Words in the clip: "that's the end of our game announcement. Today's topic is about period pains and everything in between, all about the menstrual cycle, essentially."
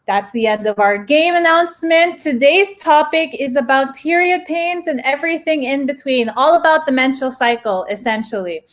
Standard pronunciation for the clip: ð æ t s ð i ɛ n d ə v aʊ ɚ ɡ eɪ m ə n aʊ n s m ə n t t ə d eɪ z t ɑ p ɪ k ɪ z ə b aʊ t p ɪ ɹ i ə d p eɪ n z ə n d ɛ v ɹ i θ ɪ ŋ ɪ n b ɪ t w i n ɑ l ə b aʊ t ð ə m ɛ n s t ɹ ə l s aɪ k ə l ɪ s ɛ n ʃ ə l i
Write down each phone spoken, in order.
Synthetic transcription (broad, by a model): ð æ t s ð i ɛ n d ə v aʊ ɚ ɡ eɪ m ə n aʊ n s m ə n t t ə d eɪ z t ɑ p ɪ k ɪ z ə b aʊ t p ɪ ɹ i ə d p eɪ n z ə n ɛ v ɹ i θ ɪ ŋ ɪ n b ɪ t w i n ɑ l ə b aʊ t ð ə m ɛ n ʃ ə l s aɪ k l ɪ s ɛ n ʃ l i